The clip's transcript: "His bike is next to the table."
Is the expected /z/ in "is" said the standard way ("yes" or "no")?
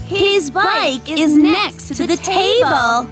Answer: yes